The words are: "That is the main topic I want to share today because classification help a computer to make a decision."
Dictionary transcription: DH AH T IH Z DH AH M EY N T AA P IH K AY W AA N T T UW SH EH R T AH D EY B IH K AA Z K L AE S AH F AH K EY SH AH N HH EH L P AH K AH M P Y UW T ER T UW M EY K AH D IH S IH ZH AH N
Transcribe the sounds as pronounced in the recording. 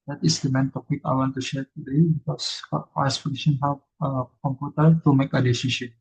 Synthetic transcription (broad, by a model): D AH T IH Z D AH M EY N T AA P IH K AY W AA N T T UW SH EH R T AH D EY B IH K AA S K AA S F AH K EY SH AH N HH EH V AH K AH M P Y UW T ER T UW M EY K AH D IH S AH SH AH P